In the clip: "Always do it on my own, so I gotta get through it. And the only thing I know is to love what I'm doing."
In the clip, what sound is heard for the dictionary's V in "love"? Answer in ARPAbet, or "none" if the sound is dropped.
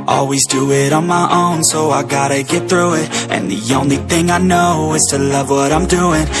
V